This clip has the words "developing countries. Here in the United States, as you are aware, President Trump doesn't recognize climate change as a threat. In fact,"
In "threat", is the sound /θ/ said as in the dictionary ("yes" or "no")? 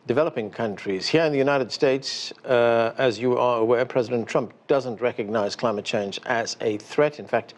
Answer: yes